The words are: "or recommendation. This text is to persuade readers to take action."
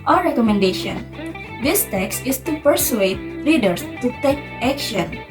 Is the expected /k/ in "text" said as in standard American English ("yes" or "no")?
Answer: yes